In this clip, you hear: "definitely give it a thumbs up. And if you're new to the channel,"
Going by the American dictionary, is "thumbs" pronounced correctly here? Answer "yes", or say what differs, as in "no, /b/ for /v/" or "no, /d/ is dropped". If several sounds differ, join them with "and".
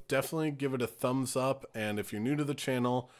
yes